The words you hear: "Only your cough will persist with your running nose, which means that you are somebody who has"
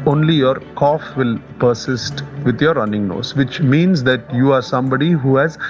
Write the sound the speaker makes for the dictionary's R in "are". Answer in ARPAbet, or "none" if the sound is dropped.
R